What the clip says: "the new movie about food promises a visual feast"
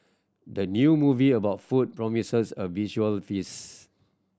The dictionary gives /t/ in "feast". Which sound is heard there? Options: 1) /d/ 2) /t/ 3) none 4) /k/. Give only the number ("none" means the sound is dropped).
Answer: 3